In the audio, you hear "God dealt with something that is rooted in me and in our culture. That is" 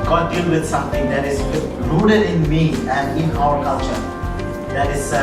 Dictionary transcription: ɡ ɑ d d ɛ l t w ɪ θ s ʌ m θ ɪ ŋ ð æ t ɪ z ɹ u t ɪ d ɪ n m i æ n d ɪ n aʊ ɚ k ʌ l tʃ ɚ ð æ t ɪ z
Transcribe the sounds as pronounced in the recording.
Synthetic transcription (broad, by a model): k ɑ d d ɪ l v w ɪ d s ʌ m t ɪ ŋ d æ t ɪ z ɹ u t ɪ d ɪ n m i æ n d ɪ n aʊ ɚ k ʌ l tʃ ɚ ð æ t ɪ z